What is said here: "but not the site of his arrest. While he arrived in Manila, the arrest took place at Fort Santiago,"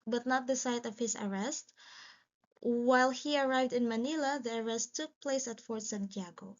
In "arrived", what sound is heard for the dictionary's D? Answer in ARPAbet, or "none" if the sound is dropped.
D